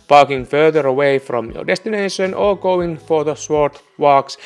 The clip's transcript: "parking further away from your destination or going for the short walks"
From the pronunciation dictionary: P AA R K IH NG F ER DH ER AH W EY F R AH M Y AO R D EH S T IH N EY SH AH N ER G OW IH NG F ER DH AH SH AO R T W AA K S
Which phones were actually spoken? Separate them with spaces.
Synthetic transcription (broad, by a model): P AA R K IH NG F ER DH ER AH W EY F R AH M Y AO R D EH S T IH N EY SH AH N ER G OW IH NG F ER DH AH S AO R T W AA K S